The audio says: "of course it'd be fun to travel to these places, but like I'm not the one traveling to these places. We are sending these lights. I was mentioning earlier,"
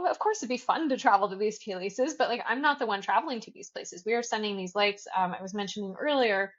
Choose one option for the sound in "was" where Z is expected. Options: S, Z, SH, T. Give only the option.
Z